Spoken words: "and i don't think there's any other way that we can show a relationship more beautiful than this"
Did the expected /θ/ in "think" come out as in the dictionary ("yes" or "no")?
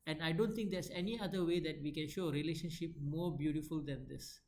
no